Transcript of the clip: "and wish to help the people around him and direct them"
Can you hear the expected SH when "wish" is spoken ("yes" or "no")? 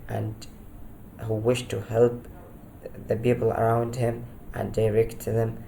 yes